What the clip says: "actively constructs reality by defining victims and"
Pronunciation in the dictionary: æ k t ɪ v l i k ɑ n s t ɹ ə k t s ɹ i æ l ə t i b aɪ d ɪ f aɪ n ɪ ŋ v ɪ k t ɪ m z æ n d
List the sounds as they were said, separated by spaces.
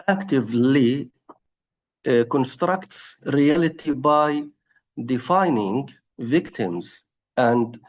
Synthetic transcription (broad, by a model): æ k t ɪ v l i k ɑ n s t ɹ ə k t s ɹ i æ l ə t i b aɪ d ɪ f aɪ n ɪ ŋ v ɪ k t ɪ m z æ n d